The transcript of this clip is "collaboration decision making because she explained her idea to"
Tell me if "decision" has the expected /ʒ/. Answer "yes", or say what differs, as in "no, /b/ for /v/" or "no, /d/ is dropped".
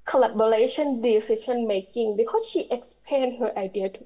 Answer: no, /ʃ/ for /ʒ/